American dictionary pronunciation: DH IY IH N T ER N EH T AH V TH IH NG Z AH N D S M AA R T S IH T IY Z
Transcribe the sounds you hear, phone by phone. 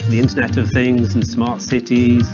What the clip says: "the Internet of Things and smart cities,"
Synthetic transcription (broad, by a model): DH IY IH N T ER N EH T AH V TH IH NG Z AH N S M AA R T S IH T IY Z